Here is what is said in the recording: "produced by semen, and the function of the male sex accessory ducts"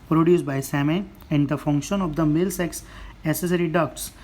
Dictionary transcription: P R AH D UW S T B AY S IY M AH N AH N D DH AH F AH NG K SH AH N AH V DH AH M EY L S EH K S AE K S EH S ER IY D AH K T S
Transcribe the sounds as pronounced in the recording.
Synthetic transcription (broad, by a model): P R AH D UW S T B AY S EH M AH AH N D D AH F AH NG K SH AH N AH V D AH M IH L S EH K S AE S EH S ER IY D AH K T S